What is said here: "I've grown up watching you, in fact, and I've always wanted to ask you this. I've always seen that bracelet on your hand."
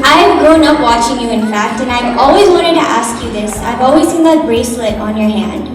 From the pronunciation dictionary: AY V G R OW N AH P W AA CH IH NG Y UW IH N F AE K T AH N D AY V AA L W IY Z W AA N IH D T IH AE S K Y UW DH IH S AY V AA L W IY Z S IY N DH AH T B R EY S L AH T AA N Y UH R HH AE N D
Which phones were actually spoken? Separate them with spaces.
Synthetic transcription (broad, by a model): AY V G OW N AH P W AA CH IH NG Y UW IH N F AE K T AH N AY V AA L W IY Z W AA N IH D T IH AE S K Y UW DH IH S AY V AA L W IY Z S IY N DH AH T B R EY S L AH T N Y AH R HH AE N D